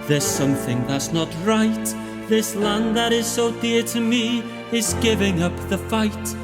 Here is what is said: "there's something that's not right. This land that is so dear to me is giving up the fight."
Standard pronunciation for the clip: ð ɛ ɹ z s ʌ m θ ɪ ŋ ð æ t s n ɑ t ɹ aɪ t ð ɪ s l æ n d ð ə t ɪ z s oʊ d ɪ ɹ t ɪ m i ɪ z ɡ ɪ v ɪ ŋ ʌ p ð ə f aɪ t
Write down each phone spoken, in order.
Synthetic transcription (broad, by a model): ð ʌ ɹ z s ʌ m θ ɪ ŋ ð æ t s n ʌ t ɹ aɪ t ð ɪ s l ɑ n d ð ə t ɪ z s oʊ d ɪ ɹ t ɪ m i ɪ z ɡ ɪ v ɪ ŋ ʌ p ð ə f aɪ t